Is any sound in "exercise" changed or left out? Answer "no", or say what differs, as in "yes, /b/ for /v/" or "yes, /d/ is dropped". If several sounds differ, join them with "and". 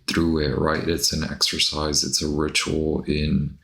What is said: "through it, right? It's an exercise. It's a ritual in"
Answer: no